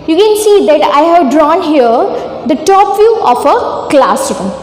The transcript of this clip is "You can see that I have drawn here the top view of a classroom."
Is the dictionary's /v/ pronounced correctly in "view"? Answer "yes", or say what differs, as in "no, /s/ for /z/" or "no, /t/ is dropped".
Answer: no, /f/ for /v/